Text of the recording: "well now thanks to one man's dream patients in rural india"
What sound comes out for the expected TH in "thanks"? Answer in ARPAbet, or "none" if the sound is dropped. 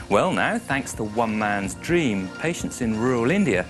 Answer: TH